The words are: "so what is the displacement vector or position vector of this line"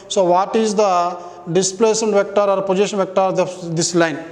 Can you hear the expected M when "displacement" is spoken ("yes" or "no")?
no